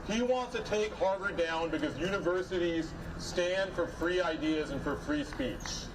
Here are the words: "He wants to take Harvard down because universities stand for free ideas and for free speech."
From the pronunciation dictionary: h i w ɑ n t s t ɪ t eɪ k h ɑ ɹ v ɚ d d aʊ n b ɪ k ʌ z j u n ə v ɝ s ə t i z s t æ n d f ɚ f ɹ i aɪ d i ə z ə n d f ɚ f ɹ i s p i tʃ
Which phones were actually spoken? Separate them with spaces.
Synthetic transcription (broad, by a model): h i w ɑ n t s t ɪ t eɪ k h ɑ ɹ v ɚ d d aʊ n b ɪ k ʌ z j u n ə v ɝ s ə t i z s t æ n d f ɚ f ɹ i aɪ d i ə z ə n f ɚ f ɹ i s p i tʃ